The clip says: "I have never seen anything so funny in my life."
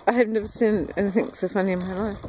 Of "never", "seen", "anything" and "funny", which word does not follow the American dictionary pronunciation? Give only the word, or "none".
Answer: none